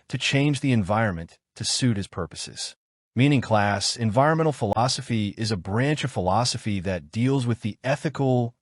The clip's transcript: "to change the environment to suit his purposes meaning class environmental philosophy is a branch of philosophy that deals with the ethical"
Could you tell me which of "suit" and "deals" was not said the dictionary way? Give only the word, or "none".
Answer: none